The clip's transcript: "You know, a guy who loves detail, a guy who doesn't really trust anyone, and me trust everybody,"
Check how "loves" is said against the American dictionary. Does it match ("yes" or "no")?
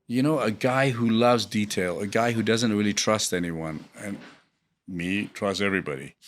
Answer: yes